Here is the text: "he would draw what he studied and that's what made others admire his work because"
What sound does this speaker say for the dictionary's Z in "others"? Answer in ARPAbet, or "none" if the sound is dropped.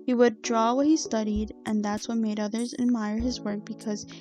Z